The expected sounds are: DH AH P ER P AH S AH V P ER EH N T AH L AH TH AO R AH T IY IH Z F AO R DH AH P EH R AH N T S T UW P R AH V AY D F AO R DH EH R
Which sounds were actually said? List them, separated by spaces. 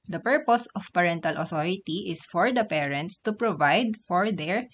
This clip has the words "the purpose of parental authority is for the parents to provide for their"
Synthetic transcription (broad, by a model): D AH P ER P AH S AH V P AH EH N T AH L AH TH AO R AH T IY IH S F AO R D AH P EH R AH N T S T UW P R AH V AY D F AO R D EH R